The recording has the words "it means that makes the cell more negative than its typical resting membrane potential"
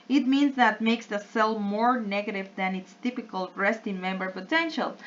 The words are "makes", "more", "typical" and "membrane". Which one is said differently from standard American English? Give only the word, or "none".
membrane